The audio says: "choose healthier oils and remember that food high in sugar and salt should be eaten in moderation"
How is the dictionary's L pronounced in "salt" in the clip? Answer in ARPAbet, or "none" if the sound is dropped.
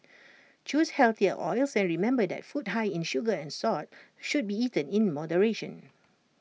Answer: none